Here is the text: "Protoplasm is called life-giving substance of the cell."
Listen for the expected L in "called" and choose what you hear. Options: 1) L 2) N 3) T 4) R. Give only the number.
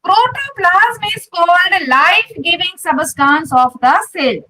2